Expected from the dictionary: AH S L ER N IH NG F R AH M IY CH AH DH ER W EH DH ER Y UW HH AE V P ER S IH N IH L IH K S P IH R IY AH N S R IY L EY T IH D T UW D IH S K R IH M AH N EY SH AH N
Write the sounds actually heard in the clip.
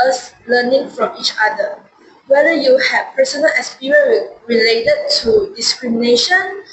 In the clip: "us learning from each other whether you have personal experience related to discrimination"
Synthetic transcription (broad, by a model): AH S L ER N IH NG F R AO M IY CH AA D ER W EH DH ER Y UW HH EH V P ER S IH N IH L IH S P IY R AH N R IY L EY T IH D T UW D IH S K R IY M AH N EY SH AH N